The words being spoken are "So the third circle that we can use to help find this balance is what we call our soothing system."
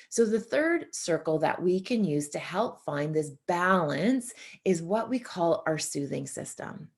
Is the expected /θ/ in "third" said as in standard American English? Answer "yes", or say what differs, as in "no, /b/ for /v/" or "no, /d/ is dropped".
yes